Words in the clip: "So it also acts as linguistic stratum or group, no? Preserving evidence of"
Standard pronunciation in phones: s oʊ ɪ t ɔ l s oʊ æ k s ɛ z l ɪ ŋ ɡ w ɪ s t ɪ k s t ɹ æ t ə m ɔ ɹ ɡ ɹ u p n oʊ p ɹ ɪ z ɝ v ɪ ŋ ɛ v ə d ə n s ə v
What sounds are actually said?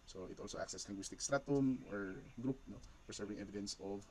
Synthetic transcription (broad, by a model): s oʊ ɪ t ɔ l s oʊ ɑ k s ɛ s l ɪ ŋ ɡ w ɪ s t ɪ k s t ɹ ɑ t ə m ɔ ɹ ɡ ɹ u p n oʊ f ɹ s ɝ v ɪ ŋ ɛ v ə d ə n s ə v